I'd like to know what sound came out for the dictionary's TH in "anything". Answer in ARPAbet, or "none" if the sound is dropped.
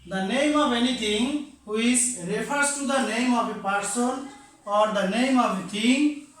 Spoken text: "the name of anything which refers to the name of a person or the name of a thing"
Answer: T